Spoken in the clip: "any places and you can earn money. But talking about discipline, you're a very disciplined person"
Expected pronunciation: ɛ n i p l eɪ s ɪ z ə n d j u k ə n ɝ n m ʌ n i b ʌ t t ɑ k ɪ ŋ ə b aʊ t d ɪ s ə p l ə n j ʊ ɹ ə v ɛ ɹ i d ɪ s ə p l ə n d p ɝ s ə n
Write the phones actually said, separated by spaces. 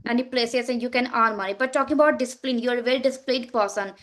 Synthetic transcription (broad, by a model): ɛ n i p l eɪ s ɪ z ə n d j u k ə n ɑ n m ʌ n i b ʌ t t ɑ k ɪ ŋ ə b aʊ t d ɪ s ə p l ə n j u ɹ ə v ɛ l d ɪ s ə p l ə d p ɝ s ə n